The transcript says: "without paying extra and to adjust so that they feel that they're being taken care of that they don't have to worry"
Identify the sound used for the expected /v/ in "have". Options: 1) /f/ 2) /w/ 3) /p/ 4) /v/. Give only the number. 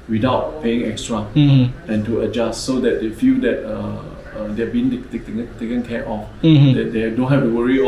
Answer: 1